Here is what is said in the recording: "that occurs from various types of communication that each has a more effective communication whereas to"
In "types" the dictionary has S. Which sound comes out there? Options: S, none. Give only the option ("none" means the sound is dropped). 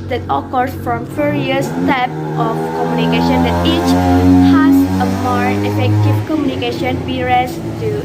none